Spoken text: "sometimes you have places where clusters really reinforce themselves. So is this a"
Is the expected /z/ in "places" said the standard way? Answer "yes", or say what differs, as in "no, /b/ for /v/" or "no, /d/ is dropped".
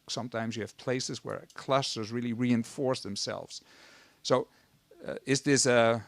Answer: yes